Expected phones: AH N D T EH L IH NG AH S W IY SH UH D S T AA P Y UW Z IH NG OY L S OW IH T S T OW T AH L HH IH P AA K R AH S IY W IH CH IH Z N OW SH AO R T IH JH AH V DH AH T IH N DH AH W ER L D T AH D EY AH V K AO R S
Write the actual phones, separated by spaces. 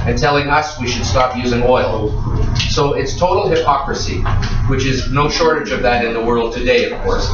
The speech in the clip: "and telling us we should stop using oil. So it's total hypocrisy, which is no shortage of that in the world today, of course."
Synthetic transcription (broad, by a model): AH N T EH L IH NG AH S W IY SH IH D S T AA P Y UW Z IH NG OY L S OW IH T S T OW T L HH IH P AA K R AH S IY W IH CH IH Z N OW SH AO R T IH JH AH V DH AH T IH N DH AH W ER L D T AH D EY AH V K AO R S